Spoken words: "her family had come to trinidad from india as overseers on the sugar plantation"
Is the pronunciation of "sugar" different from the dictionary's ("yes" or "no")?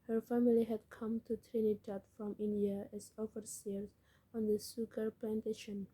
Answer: yes